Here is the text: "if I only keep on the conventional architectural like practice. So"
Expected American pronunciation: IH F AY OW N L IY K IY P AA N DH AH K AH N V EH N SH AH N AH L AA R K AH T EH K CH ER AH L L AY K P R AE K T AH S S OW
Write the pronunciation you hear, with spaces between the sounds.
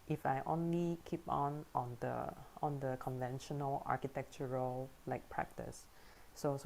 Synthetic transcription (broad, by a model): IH F AY OW N L IY K IY P AA N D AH K AH N V EH N SH AH N AH L AA K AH T EH K CH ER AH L L AY K P R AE K T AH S S OW